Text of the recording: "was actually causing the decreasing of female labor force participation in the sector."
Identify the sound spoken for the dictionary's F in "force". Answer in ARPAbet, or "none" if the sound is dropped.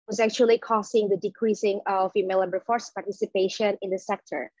F